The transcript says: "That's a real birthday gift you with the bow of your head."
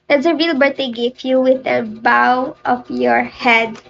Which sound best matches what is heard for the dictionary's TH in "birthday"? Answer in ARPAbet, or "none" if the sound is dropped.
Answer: T